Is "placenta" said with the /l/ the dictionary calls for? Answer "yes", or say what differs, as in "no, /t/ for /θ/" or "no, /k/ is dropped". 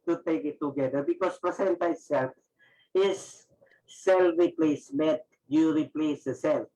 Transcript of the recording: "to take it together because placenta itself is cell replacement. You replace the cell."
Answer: no, /l/ is dropped